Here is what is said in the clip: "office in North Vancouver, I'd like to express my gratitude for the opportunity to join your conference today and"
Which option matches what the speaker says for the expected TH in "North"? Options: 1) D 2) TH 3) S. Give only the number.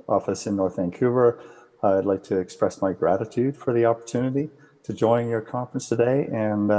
2